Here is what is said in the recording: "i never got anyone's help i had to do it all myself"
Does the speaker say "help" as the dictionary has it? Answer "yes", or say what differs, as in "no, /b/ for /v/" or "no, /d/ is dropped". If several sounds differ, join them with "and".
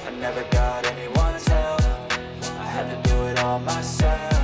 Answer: no, /p/ is dropped